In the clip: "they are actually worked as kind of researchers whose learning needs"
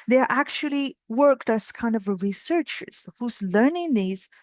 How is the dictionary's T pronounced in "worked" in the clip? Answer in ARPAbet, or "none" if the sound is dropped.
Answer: T